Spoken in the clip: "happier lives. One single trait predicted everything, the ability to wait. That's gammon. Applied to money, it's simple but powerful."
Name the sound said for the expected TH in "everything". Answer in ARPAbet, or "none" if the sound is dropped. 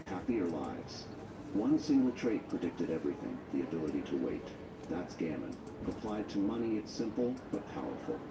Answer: TH